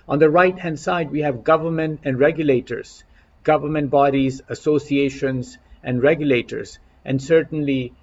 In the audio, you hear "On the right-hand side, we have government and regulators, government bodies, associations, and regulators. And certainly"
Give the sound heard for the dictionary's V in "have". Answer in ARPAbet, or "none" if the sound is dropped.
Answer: V